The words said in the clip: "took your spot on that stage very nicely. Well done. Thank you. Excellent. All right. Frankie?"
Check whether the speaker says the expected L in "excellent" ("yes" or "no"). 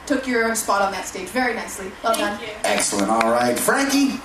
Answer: yes